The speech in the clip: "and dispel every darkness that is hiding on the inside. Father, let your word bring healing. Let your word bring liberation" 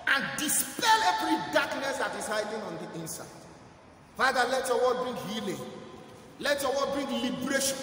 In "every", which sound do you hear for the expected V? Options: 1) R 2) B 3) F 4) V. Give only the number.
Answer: 2